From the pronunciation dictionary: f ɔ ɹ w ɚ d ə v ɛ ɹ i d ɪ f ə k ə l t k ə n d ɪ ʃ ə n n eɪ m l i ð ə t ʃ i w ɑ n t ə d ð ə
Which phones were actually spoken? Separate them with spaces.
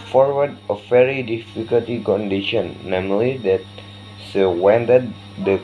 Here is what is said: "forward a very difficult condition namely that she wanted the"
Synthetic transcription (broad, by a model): f ɔ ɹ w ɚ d ə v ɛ ɹ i d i f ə k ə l t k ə n d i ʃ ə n n eɪ m l i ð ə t s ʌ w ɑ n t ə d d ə